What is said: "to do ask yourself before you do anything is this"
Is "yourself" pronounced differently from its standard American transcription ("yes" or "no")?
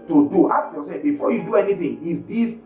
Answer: yes